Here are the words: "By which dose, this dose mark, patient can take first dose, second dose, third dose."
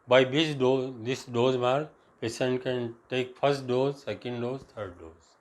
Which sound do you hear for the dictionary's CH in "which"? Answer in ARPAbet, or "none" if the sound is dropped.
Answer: S